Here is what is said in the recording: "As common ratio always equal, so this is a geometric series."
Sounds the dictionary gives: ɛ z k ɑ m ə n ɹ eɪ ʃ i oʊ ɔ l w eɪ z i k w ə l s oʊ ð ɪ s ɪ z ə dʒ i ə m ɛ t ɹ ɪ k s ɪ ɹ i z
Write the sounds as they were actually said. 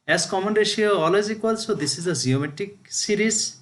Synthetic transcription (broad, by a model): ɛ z k ɑ m ə n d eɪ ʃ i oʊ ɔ l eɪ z i k w ə l s oʊ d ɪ s ɪ z ə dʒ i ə m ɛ t ɪ k s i ɹ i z